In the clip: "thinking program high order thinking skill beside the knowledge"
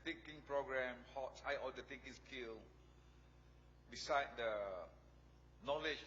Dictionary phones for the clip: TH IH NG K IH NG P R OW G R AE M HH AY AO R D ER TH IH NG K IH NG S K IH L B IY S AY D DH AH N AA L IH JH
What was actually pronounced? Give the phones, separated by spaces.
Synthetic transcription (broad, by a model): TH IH NG K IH NG P R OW G R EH M HH AY AO L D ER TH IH NG K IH NG S K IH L B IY S AY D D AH N AA L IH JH